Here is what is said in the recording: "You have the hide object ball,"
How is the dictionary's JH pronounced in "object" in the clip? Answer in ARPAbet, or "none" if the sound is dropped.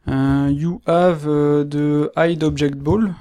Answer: ZH